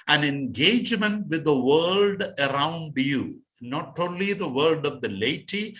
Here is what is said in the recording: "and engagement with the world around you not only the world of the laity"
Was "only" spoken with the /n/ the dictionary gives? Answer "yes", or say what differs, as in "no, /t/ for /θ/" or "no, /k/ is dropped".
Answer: yes